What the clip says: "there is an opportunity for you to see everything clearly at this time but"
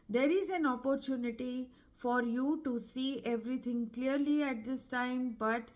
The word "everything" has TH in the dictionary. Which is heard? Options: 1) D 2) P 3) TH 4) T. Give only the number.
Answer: 4